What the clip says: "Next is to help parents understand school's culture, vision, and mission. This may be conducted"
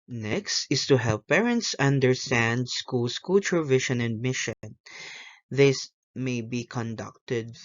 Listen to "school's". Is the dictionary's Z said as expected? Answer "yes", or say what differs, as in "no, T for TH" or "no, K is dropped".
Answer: no, S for Z